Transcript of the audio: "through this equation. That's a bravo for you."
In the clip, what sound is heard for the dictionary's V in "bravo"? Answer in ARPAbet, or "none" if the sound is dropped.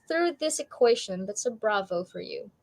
V